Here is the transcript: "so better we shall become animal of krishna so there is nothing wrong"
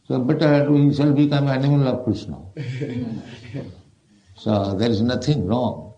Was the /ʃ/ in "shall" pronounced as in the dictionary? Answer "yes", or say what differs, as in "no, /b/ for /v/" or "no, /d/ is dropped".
no, /s/ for /ʃ/